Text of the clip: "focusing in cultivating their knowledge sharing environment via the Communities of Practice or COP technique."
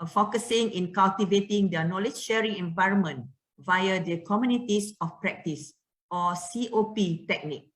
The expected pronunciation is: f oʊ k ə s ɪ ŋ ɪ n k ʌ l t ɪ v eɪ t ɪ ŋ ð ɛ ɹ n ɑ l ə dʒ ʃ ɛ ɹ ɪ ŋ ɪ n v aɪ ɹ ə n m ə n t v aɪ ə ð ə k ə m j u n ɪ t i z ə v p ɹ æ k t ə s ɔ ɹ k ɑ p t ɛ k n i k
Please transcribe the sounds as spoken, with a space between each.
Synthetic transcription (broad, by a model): f oʊ k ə s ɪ ŋ ɪ n k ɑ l t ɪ v eɪ t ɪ ŋ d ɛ n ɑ l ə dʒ ʃ ɛ ɹ ɪ ŋ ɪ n v aɪ ɹ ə n m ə n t v aɪ ə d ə k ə m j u n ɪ t i s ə f p ɹ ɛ k t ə s ɔ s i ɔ p t ɛ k n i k